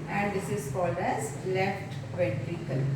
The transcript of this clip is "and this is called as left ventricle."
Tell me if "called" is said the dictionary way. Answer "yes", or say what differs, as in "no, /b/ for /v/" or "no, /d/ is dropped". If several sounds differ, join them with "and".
no, /d/ is dropped